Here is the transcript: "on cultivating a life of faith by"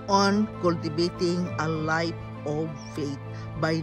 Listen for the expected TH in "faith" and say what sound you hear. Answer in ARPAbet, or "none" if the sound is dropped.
T